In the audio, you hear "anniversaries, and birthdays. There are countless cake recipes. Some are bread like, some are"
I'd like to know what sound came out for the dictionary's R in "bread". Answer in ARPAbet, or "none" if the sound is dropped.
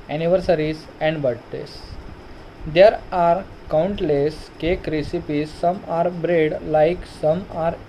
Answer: R